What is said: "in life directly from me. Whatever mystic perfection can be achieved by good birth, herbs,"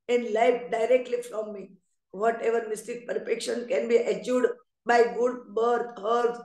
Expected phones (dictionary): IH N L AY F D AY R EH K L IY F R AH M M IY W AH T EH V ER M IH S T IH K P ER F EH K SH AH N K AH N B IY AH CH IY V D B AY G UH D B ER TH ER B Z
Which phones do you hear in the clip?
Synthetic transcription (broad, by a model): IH N L AY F D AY R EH K L IY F R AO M M IY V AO T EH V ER M IH S T IH K P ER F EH K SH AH N K AH N B IY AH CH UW D B AY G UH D B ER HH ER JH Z